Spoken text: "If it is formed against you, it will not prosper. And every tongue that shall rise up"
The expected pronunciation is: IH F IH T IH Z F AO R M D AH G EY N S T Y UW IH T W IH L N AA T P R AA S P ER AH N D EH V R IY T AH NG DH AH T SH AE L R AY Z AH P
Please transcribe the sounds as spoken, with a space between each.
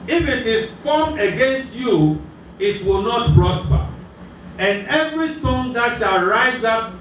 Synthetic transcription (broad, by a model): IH F IH T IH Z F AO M AH G EY N S T Y UW IH T W IH L N AA T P R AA S P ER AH N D EH V R IY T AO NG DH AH T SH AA L R AY Z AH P